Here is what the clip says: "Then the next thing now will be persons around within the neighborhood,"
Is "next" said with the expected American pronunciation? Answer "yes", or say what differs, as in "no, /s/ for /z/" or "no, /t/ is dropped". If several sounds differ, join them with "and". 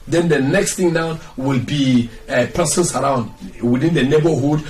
yes